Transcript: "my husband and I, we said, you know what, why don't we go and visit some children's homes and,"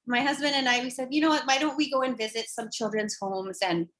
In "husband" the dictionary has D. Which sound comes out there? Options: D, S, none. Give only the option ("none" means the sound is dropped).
D